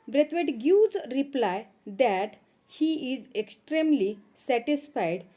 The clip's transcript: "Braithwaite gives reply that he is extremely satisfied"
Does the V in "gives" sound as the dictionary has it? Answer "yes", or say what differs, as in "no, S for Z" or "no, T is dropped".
no, V is dropped